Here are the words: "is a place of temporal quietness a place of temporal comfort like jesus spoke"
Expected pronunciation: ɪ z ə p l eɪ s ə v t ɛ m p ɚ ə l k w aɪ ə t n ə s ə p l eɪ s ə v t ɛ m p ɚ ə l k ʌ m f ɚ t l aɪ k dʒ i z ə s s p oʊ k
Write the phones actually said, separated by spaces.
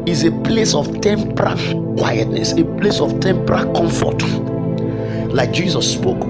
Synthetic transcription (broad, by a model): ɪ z ə p l eɪ s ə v t ɛ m p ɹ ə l k w aɪ ə t n ə s ə p l eɪ s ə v t ɛ m p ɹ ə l k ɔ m f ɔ t l aɪ k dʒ i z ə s s p oʊ k